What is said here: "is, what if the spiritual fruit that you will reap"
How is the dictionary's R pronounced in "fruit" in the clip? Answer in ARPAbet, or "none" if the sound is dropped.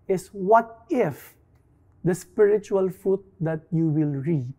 none